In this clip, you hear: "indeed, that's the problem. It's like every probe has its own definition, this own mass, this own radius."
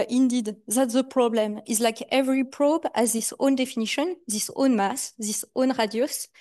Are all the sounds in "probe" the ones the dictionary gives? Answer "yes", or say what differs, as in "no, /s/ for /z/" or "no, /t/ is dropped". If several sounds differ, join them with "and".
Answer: yes